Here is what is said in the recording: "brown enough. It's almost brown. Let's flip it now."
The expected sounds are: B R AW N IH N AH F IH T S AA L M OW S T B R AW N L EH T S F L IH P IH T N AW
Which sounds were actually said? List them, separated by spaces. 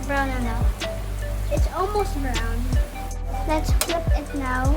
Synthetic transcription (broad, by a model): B R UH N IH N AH IH T S AA L M OW S T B R AW N L EH T S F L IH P IH T N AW